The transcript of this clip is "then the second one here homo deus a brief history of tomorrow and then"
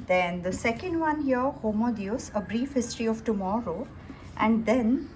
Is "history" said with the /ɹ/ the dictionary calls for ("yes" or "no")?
yes